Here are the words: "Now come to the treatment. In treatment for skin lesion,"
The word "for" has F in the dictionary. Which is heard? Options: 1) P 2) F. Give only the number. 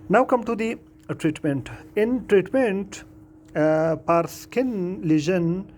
1